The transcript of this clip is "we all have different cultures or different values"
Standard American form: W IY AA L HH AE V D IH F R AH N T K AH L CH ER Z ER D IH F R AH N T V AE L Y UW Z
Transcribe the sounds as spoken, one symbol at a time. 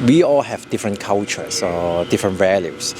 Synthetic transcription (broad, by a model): W IY AA L HH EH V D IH F R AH N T K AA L CH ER S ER D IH F R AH N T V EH L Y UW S